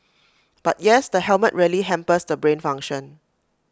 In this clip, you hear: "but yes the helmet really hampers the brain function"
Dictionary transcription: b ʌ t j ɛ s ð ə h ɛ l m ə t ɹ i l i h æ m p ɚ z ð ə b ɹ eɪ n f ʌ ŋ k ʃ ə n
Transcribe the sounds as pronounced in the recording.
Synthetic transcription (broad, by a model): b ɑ t j ɛ s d ə h ɛ l m ə t ɹ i l i h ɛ m p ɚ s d ə b ɹ eɪ n f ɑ ŋ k ʃ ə n